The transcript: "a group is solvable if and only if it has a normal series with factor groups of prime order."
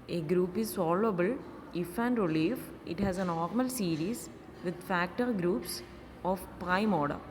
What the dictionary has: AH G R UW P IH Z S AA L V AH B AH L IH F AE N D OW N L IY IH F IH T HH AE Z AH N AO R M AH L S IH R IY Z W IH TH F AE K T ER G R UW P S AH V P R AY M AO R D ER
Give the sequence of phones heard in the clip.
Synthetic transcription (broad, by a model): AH G R UW P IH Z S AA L AH B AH L IH F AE N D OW L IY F IH T HH AE Z AH N AO R M AH L S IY R IY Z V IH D F AE K T ER G R UW P S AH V P R AY M AO R D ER